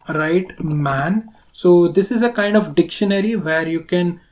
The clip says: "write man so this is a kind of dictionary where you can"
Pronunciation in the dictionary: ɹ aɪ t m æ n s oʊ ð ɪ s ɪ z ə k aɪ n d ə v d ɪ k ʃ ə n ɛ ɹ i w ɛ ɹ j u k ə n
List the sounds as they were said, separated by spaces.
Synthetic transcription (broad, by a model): ɹ aɪ t m æ n s oʊ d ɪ s ɪ z ə k aɪ n d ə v d ɪ k ʃ ə n ɛ ɹ i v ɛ ɹ j u k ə n